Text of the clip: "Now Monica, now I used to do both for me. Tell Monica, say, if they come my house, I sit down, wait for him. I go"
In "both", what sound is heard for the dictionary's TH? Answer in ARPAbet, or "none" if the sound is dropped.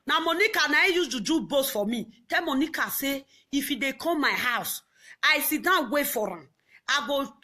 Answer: S